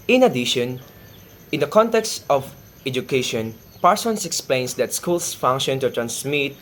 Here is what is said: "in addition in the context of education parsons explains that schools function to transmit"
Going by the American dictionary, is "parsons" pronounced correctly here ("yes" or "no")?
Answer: no